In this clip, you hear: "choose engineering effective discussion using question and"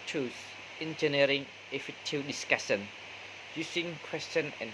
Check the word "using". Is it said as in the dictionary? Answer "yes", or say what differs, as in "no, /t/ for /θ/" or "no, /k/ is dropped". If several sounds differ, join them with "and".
no, /s/ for /z/